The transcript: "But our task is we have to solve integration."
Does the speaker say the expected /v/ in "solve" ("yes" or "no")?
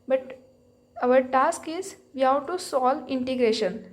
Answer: no